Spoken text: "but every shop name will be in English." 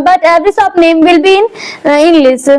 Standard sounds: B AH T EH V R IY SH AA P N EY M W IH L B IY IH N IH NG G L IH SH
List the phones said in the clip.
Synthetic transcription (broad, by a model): B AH T EH V R IY S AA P N EY M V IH L B IY IH N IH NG G L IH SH